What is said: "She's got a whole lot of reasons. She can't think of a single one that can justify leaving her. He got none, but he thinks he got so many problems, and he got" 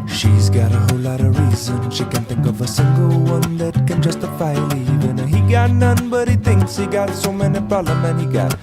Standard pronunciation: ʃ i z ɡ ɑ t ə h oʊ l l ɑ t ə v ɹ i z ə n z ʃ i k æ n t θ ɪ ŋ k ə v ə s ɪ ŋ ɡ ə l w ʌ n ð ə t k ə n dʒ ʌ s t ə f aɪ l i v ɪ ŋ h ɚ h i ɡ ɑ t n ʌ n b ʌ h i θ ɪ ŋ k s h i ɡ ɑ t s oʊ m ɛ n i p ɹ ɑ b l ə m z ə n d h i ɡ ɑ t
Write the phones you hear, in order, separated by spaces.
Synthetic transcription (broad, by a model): ʃ i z ɡ ɑ t ə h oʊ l l ɑ t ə ɹ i z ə n ʃ i k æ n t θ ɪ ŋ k ə v ə s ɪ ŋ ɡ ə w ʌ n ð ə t k ə n dʒ ʌ s t ə f aɪ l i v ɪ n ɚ h i ɡ ɑ t n ʌ n b ʌ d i t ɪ ŋ k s h i ɡ ɑ t s oʊ m ɛ n i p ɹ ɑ l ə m ə n h i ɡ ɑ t